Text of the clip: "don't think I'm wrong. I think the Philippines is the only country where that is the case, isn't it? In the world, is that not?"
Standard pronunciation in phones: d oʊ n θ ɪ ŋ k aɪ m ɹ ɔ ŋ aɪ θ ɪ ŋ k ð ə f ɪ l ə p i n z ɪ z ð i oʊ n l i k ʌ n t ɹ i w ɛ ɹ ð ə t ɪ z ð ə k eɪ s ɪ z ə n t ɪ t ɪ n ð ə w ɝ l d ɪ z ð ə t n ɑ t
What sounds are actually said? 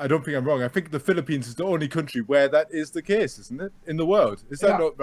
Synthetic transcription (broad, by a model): d oʊ n θ ɪ ŋ k aɪ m ɹ ɔ ŋ aɪ θ ɪ ŋ k ð ə f ɪ l ə p i n z ɪ z ð i oʊ n l i k ʌ n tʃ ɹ i w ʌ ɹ ð ə t ɪ z ð ə k eɪ s ɪ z n t ɪ t ɪ n ð ə w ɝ l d ɪ z ð ə t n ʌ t